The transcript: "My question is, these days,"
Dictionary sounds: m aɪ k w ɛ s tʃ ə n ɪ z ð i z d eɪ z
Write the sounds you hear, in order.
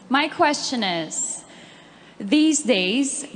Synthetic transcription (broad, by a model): m aɪ k w ɛ s tʃ ə n ɪ z ð i z d eɪ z